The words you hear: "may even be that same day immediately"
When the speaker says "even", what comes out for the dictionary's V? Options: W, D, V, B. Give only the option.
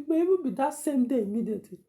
B